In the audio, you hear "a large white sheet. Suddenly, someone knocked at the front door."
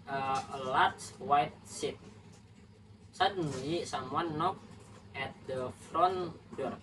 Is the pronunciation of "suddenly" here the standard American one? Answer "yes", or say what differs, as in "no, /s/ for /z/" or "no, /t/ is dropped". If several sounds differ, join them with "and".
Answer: no, /l/ is dropped